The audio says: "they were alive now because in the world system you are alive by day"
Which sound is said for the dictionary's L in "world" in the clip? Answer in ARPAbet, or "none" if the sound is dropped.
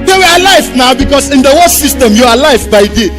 none